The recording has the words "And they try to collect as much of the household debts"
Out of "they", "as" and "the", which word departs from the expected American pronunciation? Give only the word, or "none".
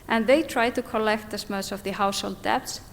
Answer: as